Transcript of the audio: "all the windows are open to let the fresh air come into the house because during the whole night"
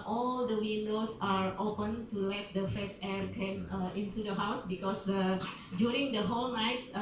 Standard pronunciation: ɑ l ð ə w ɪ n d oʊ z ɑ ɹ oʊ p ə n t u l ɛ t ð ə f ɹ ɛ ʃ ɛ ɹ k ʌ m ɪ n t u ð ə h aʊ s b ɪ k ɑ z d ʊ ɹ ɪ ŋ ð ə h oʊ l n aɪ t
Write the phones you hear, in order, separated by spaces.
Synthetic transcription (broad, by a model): ɑ l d ə w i n d oʊ s ɑ ɹ oʊ p ə n t u l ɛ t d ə f ɛ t ɛ ɹ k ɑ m ɪ n t u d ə h aʊ s b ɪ k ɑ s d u ɹ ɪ ŋ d ə h oʊ l n aɪ t